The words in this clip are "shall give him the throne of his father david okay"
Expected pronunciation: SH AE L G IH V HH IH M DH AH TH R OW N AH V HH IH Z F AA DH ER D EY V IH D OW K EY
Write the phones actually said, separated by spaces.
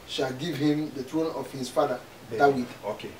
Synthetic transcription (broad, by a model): SH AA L G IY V HH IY M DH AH T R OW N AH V HH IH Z F AA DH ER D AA W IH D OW K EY